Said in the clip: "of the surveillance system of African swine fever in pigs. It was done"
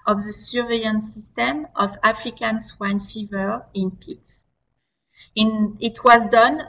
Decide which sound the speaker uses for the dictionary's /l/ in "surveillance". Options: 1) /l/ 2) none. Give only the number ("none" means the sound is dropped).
2